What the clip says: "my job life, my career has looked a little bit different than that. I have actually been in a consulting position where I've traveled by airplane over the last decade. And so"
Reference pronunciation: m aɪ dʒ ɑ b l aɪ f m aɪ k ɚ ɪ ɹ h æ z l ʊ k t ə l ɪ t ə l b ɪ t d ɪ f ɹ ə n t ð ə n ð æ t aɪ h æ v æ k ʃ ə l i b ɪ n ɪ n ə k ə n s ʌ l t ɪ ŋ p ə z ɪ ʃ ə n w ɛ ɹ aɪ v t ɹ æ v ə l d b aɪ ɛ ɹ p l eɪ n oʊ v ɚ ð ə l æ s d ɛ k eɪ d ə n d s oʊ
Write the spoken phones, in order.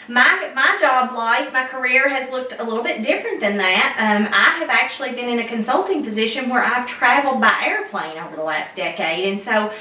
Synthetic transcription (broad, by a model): m aɪ dʒ ɑ b l aɪ f m aɪ k ɚ ɪ ɹ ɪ z l ʊ k t ə l ɪ t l b ɪ t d ɪ f ɹ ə n ð ə n ð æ t aɪ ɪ v æ k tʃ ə l i b ɪ n ɪ n ə k ə n s ʌ l t ɪ ŋ p ə z ɪ ʃ ə n w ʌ ɹ aɪ v t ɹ æ v l d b aɪ ɛ ɹ p l eɪ n oʊ v ɚ ð ə l æ s d ɛ k eɪ d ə n s oʊ